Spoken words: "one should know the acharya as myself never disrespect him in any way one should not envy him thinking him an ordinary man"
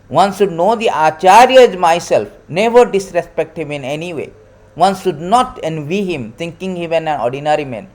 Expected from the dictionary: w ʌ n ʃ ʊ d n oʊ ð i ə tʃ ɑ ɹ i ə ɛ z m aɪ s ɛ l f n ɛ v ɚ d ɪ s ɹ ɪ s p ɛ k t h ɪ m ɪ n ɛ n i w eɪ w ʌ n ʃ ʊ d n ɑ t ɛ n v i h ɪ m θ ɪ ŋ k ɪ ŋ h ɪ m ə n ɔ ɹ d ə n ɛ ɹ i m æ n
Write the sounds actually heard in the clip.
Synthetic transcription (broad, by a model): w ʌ n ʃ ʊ d n oʊ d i ə tʃ ɑ ɹ i ə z m aɪ s ɛ l f n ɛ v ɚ d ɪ s ɹ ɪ s p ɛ k t h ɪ m ɪ n ɛ n i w eɪ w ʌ n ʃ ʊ d n ɑ t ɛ n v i h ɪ m t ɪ ŋ k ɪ ŋ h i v ə n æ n d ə n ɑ ɹ i m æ n